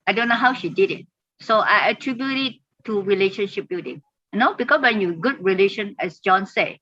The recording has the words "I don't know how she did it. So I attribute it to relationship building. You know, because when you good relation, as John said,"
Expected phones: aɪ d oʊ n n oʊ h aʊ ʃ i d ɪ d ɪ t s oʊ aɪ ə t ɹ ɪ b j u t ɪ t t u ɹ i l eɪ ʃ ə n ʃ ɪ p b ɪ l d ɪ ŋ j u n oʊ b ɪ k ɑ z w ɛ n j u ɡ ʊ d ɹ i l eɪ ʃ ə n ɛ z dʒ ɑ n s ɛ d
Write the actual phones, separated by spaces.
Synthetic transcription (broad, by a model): aɪ d oʊ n n oʊ h aʊ ʃ i d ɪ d ɪ t s oʊ aɪ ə t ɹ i b j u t ɪ t t u ɹ i l eɪ ʃ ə n ʃ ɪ p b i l d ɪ ŋ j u n oʊ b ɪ k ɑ s w ɛ n j u ɡ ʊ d ɹ i l eɪ ʃ ə n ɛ s dʒ ɑ n s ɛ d